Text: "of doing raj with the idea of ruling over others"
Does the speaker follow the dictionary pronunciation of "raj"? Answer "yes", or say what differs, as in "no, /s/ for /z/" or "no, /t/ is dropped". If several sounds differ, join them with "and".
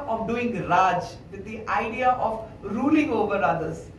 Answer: no, /l/ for /ɹ/